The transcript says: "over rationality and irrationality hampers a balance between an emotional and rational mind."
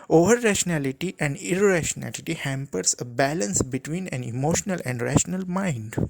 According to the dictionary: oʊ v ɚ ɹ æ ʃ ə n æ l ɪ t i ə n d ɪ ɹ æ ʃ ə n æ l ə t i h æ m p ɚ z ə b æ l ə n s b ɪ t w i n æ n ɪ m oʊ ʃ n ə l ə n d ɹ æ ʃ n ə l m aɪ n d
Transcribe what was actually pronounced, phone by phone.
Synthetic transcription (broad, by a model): oʊ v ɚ ɹ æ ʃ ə n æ l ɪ t i ə n d ɪ ɹ æ ʃ ə n æ l ə t i h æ m p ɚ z ə b æ l ə n s b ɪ t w i n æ n ɪ m oʊ ʃ n ə l ə n d ɹ æ ʃ n ə l m aɪ n d